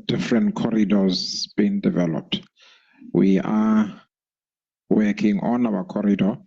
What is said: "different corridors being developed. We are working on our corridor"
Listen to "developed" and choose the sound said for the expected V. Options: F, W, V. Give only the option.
V